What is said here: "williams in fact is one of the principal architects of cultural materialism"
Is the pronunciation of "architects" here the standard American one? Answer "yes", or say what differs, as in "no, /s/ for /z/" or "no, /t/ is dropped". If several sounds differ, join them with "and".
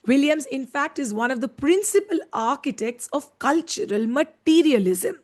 yes